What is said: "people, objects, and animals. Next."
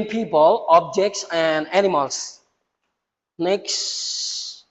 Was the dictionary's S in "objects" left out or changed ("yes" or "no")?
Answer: no